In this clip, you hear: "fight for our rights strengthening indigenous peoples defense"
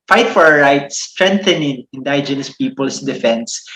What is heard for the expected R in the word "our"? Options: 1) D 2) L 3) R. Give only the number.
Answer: 3